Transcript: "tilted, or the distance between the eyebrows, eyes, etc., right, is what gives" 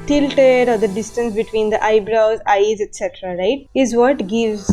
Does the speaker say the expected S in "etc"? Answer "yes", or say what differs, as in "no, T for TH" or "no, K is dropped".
yes